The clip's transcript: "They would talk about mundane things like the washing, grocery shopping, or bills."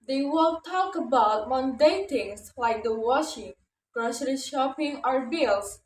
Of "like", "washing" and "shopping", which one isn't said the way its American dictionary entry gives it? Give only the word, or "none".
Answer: none